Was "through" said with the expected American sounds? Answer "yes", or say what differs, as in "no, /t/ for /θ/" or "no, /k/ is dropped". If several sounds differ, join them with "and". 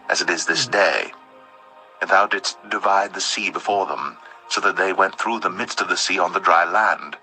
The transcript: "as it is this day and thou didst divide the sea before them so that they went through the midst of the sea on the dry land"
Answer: yes